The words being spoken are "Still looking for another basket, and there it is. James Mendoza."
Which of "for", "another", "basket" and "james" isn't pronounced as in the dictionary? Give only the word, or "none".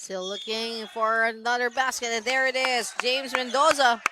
none